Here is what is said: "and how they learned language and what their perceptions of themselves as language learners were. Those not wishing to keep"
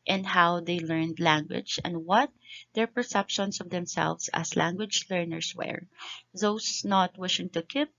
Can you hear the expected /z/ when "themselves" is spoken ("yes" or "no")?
no